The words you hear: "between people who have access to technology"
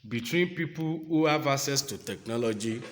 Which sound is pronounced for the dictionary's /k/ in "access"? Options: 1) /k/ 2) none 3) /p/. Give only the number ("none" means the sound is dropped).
2